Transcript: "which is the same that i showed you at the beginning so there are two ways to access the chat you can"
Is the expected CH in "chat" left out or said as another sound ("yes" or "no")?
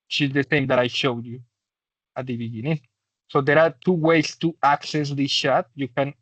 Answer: yes